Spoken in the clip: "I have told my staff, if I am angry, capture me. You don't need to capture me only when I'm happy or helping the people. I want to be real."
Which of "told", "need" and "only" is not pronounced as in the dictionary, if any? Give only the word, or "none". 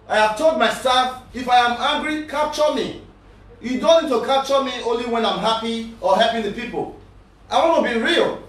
none